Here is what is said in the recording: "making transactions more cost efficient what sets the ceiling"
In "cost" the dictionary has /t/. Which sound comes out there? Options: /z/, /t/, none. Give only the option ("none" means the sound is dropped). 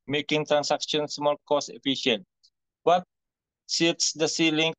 none